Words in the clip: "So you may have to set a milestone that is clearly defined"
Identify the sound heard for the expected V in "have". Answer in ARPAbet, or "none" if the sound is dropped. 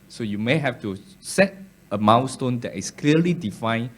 F